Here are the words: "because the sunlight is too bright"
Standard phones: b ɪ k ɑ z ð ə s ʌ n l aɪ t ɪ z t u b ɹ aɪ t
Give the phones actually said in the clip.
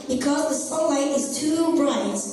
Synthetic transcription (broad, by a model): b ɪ k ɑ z ð ə s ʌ l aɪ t ɪ z t u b ɹ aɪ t